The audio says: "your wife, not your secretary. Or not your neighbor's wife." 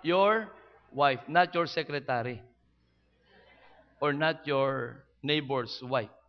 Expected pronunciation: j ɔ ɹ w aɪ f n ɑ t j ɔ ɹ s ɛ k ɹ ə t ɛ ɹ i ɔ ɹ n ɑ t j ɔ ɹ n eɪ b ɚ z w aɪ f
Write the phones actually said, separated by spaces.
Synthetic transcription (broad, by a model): j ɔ ɹ w aɪ f n ɑ t j ɔ ɹ s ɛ k ɹ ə t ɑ ɹ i ɔ ɹ n ɑ t j ɔ ɹ n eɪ b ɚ s w aɪ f